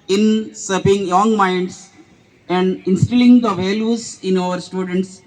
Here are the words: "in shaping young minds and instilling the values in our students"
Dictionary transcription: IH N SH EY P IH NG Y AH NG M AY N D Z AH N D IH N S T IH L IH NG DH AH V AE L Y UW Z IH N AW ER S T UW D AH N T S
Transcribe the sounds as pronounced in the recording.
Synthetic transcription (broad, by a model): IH N S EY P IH NG Y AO NG M AY N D S AH N D IH N S T IH L IH NG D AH V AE L Y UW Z IH N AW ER S T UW D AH N T S